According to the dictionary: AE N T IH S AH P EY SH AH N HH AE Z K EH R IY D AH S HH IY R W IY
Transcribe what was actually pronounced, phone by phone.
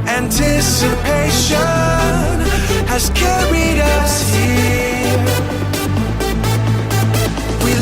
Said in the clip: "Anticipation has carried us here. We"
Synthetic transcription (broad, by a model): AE N T IH S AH P EY SH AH N HH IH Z K EH R IY D AH S HH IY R W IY